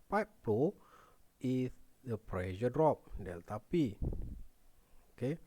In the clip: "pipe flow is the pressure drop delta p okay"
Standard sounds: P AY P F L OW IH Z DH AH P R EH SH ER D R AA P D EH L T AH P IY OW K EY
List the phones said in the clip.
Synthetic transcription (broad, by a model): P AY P P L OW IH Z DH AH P R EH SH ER D R AA P D EH L T AH P IY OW K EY